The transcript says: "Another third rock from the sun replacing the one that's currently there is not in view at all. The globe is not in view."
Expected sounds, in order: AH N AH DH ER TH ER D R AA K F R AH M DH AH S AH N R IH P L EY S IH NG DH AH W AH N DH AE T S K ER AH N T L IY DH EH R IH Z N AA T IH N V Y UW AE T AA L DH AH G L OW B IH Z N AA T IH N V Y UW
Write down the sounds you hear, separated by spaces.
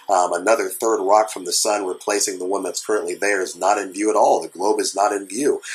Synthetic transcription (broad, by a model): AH N AH DH ER TH ER D R AA K F R AH M DH AH S AH N R IH P L EY S IH NG DH AH W AH N DH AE T S K ER AH N T L IY DH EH R IH Z N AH T IH N V Y UW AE T AA L DH AH G L OW B IH Z N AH T IH N V Y UW